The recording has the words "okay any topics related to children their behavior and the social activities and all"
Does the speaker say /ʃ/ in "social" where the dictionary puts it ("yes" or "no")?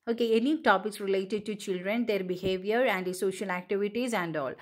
yes